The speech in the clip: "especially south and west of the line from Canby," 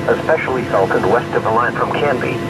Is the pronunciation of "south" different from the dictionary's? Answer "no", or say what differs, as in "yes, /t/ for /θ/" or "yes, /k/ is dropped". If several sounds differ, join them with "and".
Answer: yes, /t/ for /θ/